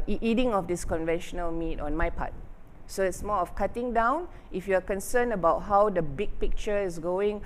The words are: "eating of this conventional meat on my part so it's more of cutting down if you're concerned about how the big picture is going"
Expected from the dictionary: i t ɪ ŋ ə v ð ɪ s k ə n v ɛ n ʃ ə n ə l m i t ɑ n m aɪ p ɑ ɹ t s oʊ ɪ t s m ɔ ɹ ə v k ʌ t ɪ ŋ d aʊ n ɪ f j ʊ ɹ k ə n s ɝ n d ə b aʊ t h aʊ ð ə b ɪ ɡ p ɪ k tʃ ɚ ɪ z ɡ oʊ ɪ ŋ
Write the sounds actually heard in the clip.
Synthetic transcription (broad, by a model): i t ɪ ŋ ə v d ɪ s k ə n v ɛ n ʃ ə n ə l m i t ɑ n m aɪ p ɑ t s oʊ ɪ t s m ɔ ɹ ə f k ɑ t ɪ ŋ d aʊ n ɪ f j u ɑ k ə n s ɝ n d ə b aʊ t h aʊ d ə b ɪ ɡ p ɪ k tʃ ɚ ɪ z ɡ oʊ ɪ ŋ